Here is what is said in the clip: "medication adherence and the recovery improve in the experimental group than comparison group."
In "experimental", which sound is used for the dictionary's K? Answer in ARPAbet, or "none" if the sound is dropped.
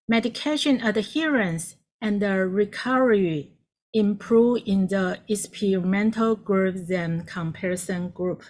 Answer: none